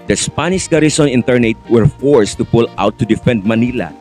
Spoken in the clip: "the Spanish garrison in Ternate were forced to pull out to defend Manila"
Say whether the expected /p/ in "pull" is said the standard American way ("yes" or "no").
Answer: yes